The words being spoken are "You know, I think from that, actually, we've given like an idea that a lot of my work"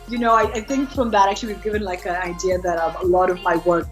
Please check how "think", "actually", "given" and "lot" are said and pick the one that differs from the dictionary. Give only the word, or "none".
none